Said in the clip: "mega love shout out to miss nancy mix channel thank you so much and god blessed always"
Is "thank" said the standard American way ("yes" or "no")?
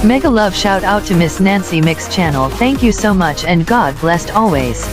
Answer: yes